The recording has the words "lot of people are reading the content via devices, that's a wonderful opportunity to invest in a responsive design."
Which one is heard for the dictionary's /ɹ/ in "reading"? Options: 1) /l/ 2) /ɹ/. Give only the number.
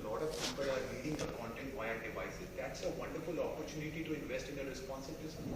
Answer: 1